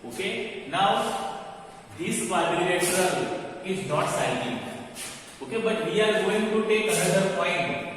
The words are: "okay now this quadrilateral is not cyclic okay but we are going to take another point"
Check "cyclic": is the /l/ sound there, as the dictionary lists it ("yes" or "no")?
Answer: no